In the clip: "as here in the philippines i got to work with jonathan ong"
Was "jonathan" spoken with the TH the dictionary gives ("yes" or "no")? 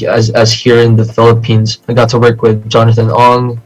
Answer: yes